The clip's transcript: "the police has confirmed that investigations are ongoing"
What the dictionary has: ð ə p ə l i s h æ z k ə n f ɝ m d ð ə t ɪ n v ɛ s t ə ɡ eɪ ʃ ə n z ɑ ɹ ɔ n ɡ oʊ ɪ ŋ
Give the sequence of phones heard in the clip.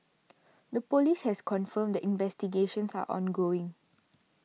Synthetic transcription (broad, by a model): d ə p ə l i s h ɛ s k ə n f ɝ m d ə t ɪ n v ɛ s t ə ɡ eɪ ʃ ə n s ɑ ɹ ɔ n ɡ oʊ ɪ ŋ